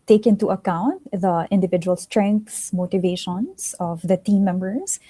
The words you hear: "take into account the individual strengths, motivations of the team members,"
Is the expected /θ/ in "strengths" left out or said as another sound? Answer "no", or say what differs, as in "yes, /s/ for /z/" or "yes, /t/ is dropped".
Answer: yes, /t/ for /θ/